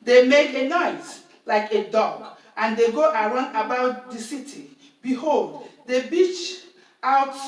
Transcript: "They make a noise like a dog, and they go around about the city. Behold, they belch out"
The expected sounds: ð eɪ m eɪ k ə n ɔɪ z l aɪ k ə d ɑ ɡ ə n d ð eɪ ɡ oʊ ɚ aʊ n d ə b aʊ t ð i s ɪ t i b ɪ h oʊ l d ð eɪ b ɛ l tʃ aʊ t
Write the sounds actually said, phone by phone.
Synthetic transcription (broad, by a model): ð eɪ m eɪ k ə n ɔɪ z l aɪ k ə d ɑ ɡ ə n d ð eɪ ɡ oʊ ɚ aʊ n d ə b aʊ t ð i s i t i b ɪ h oʊ l d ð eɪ b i tʃ aʊ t